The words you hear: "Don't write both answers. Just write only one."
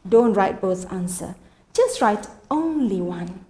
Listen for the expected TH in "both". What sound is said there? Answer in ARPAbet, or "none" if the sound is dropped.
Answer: S